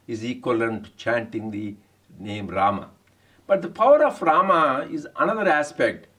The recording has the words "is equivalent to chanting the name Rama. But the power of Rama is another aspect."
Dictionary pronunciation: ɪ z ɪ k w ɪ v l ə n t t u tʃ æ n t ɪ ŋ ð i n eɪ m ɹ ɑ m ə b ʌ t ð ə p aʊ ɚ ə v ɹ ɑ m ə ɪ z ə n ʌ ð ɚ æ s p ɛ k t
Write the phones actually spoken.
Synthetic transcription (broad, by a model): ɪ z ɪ k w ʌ l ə n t t u tʃ æ n t ɪ ŋ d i n eɪ m ɹ ɑ m ə b ʌ t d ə p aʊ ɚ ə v ɹ ɑ m ə ɪ z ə n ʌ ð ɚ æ s p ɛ k t